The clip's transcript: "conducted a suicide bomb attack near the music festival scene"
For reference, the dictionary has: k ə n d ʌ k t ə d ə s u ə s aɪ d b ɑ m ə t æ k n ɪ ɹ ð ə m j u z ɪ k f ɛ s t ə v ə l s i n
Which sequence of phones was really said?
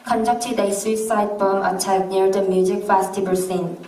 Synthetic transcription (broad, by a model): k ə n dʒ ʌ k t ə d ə s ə s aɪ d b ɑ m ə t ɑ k n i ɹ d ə m j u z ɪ k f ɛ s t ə b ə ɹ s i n